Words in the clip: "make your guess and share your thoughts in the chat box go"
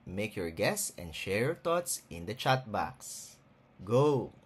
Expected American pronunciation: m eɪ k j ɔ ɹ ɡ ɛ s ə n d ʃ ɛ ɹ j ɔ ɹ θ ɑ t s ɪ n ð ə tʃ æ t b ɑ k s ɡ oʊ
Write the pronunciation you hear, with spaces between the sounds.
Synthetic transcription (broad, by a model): m eɪ k j ɔ ɹ ɡ ɛ s ə n d ʃ ɛ ɹ j ɔ ɹ t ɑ t s ɪ n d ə tʃ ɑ t b ɑ k s ɡ oʊ